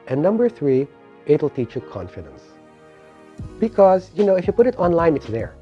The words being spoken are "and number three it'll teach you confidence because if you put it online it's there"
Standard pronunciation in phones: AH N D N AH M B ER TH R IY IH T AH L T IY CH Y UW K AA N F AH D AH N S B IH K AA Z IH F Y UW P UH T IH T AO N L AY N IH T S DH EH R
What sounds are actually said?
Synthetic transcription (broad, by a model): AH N N AH M B ER TH R IY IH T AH L T IY CH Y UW K AA N F AH D AH N S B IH K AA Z IH F Y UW P UH T IH T AO N L AY N IH T S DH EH R